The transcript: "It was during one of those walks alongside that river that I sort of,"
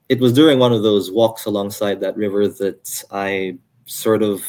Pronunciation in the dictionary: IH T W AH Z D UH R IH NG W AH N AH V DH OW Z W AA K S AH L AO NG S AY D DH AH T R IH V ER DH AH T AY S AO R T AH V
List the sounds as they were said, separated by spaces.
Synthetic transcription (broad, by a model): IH T W AH Z D UH R IH NG W AH N AH V DH OW Z W AA K S AH L AO NG S AY D DH AH T R IH V ER DH AH T AY S AO R T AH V